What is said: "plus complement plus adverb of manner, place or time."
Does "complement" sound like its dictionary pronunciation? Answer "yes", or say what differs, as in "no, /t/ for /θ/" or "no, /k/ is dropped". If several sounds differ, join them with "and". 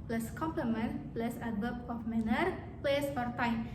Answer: yes